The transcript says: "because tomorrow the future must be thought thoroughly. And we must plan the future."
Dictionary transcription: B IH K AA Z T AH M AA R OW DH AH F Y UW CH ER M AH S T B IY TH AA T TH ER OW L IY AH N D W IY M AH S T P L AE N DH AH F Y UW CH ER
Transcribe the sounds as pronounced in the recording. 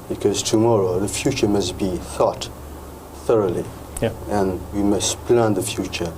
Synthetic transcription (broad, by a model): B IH K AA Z T AH M AA R OW DH AH F Y UW CH ER M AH S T B IY TH AA T TH ER OW L IY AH N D W IY M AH S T P L AE N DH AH F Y UW CH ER